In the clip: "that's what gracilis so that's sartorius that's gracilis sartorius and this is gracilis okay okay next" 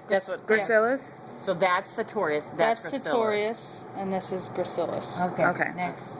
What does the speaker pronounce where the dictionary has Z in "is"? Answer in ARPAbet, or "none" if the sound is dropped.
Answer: Z